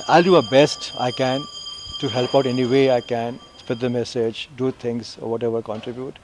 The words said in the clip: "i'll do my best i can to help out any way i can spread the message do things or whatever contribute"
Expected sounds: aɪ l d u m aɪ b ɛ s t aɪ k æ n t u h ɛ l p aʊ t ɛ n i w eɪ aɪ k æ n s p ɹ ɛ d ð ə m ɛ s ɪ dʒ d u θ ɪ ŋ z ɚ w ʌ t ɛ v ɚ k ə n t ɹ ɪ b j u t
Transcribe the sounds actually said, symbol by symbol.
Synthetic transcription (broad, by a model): aɪ l d u m aɪ b ɛ s t aɪ k æ n t u h ɛ l p aʊ t ɛ n i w eɪ aɪ k æ n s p ɛ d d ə m ɛ s ɪ dʒ d u t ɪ ŋ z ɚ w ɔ t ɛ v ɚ k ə n t ɹ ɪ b j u t